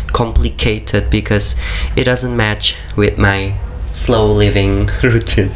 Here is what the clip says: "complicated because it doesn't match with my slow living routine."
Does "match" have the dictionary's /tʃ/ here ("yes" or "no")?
yes